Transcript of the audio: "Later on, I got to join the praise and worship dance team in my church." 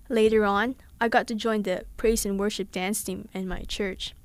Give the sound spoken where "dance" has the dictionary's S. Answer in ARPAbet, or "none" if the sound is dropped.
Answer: S